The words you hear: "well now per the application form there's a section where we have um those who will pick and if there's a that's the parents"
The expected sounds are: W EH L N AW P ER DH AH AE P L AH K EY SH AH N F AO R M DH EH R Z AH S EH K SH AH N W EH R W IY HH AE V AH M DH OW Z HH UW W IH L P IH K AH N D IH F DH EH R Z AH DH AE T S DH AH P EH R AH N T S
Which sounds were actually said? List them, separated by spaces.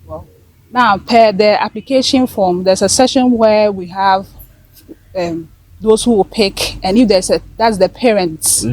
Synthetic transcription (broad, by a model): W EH N AW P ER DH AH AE P L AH K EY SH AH N F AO M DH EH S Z AH S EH SH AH N W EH W IY HH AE V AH M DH OW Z HH UW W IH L P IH K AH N IH F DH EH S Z AH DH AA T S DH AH P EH R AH N T S